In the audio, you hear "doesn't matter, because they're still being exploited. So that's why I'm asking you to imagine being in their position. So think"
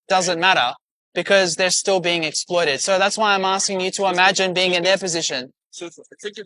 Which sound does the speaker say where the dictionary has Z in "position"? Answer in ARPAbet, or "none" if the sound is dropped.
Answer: Z